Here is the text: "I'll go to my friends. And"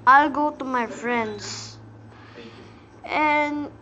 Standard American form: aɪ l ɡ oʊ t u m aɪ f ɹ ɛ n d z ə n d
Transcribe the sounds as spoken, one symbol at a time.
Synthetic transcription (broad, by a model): aɪ l ɡ oʊ t u m aɪ f ɹ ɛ n d s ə n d